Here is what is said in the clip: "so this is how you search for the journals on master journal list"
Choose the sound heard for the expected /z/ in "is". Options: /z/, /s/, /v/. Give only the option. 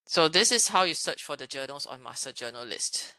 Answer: /s/